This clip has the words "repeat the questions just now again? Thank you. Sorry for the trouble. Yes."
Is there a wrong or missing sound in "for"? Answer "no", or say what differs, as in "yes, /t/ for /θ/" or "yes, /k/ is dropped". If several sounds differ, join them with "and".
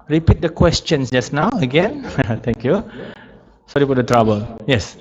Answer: yes, /p/ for /f/